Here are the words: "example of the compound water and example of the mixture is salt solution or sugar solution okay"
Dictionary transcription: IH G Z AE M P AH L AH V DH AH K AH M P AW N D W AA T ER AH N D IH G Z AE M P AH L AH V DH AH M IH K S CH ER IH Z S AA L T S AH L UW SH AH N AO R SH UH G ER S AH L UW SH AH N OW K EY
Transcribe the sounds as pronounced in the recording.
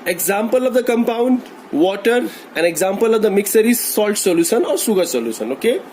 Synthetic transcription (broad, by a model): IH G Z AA M P AH L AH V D AH K AH M P AW N D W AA T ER AH N D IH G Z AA M P AH L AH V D AH M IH K S ER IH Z S AA L T S AH L UW SH AH N AO R S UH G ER S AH L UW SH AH N OW K EY